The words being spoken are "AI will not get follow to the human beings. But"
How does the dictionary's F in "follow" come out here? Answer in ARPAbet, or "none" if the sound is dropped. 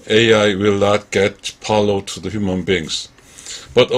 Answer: P